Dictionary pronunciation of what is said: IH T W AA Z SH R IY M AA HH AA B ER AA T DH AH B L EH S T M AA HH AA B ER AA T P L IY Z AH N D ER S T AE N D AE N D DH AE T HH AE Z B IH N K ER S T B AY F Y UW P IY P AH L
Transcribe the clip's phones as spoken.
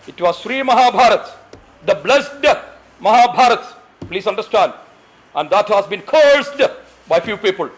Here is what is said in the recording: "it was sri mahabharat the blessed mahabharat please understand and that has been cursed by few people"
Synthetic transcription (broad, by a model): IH T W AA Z SH R IY M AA HH AA B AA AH T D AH B L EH S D M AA HH AA B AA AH T P L IY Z AH N D ER S T AE N D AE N D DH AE T HH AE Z B IH N K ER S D B AY F Y UW P IY P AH L